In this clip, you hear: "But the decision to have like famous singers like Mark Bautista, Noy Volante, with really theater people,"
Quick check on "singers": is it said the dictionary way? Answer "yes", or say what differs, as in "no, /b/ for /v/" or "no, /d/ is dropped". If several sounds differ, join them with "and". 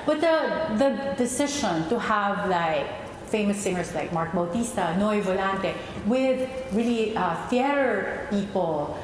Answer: no, /s/ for /z/